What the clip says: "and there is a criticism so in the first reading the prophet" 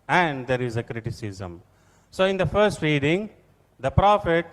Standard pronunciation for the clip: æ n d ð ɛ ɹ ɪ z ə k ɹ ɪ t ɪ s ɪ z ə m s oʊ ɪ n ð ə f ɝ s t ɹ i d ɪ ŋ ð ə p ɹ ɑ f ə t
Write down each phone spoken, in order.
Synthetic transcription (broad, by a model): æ n d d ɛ ɹ ɪ z ə k ɹ ɪ t ɪ s ɪ z ə m s oʊ ɪ n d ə f ɝ s t ɹ i d ɪ ŋ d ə p ɹ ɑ f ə t